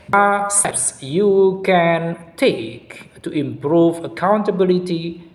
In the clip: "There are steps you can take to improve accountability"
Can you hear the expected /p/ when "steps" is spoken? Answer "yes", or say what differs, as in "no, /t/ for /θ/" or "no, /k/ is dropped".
no, /p/ is dropped